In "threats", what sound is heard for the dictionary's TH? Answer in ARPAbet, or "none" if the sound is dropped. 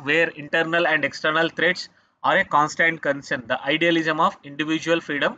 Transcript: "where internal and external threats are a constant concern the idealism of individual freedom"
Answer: T